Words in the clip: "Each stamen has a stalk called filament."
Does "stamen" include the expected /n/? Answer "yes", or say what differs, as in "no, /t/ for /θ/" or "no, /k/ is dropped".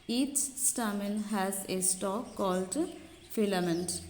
no, /l/ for /n/